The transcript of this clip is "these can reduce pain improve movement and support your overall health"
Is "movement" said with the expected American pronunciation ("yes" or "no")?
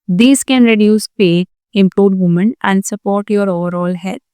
no